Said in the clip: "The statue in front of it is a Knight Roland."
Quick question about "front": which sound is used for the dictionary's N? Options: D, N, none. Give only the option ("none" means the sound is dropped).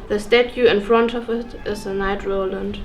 N